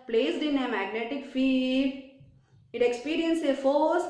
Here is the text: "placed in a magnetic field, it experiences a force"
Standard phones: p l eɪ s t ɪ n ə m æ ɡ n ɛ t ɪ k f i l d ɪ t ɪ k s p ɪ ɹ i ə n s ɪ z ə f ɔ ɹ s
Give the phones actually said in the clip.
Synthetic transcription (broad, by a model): p l eɪ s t ɪ n ə m æ ɡ n ɛ t ɪ k f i d ɪ t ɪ k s p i ɹ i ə n s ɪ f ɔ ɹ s